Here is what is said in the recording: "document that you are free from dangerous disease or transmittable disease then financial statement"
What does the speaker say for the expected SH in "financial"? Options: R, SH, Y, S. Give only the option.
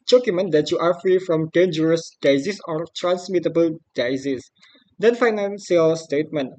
S